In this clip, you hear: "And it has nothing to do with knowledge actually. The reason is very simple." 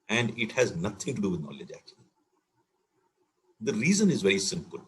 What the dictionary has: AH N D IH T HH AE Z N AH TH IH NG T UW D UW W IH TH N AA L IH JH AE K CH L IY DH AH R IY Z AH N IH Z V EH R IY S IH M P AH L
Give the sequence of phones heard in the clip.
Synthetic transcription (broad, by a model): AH N D IH T HH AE Z N AH T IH NG T UW D UW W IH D N AA L IH JH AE K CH IY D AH R IY Z AH N IH Z V EH R IY S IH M P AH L